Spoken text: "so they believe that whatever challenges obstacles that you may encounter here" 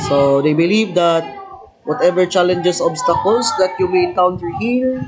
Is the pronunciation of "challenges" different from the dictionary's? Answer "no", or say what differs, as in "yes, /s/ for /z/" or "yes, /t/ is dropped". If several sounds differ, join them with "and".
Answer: yes, /s/ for /z/